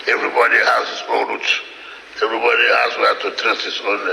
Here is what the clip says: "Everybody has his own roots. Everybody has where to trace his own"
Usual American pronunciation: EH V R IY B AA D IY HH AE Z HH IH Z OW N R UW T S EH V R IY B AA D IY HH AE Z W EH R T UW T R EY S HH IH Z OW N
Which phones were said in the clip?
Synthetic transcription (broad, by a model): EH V R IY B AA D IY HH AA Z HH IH S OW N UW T EH V R IY B AA D IY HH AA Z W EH T UW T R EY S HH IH S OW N